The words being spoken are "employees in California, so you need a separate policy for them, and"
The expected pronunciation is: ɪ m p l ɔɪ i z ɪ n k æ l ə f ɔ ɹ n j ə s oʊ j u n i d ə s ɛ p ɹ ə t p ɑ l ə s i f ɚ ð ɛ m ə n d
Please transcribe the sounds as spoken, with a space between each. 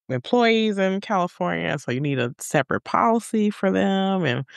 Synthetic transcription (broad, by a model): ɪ m p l ɔɪ i z ɪ n k æ l ə f ɔ ɹ n j ə s oʊ j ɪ n i d ə s ɛ p ɹ ə t p ɑ l ə s i f ɚ ð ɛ m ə n